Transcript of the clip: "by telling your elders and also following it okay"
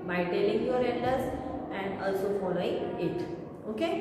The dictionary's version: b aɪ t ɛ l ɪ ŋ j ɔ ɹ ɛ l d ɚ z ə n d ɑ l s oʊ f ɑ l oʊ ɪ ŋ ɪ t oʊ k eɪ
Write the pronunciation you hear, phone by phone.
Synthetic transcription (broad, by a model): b aɪ t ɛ l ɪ ŋ j ɔ ɹ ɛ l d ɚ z ə n d ɑ l s oʊ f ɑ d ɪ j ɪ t oʊ k eɪ